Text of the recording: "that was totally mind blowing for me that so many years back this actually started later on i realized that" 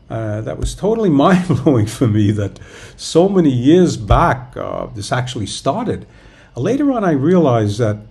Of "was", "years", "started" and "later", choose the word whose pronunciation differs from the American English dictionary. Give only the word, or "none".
none